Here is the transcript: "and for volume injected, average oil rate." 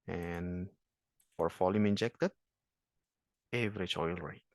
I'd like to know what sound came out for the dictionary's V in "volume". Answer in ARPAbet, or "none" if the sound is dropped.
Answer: F